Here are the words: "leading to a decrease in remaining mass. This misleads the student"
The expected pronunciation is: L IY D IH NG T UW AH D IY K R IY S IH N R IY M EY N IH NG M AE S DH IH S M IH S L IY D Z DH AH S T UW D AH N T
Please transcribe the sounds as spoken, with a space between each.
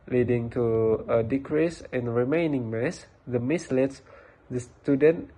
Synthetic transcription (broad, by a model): L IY D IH NG T UW AH D IY K R IY S IH N R IY M EY N IH NG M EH S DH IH M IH S L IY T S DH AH S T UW D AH N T